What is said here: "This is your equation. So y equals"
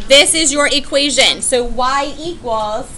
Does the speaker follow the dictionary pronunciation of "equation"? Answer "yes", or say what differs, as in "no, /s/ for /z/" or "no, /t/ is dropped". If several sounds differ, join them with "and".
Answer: yes